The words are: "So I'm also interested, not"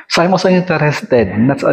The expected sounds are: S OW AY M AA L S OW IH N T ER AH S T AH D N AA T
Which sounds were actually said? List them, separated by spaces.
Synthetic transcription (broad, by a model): S AY M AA S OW IH N T ER AH S T AH D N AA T